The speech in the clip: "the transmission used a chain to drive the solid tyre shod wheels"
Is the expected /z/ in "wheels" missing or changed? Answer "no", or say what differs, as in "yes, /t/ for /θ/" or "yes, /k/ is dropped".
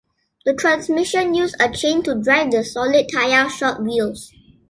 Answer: yes, /s/ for /z/